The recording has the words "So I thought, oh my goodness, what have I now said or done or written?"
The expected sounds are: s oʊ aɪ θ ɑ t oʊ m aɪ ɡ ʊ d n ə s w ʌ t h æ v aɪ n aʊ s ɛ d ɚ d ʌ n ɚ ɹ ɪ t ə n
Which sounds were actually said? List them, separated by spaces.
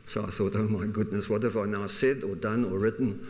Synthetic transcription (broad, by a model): s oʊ aɪ θ ɑ t oʊ m aɪ ɡ ʊ d n ə s w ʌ t h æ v aɪ n aʊ s ɛ d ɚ d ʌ n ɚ ɹ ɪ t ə n